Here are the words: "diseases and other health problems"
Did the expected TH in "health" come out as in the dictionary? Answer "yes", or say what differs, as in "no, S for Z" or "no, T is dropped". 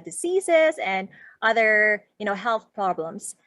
yes